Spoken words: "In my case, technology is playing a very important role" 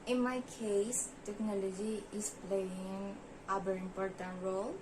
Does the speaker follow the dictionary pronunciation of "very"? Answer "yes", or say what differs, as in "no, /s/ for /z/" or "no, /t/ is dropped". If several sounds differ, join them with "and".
no, /b/ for /v/